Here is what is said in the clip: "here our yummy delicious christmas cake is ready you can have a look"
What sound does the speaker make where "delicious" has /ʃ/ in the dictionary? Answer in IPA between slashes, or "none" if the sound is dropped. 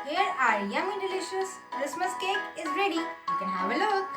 /ʃ/